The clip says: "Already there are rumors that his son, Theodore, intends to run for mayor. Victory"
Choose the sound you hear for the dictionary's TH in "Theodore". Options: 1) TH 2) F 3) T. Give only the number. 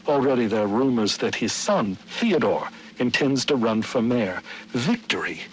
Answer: 1